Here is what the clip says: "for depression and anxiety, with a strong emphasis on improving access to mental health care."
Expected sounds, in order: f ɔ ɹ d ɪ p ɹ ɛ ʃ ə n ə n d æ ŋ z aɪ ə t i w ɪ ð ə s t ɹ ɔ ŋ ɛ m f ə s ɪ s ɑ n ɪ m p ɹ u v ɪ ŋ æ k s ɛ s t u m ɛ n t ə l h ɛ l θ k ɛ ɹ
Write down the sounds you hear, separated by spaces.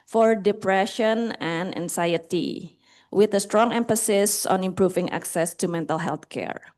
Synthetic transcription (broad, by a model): f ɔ ɹ d ɪ p ɹ ɛ ʃ ə n ə n d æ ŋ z aɪ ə t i w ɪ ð ə s t ɹ ɔ ŋ ɛ m f ə s ɪ s ɑ n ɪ m p ɹ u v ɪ ŋ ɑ k s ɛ s t u m ɛ n t ə l h ɛ l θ k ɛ ɹ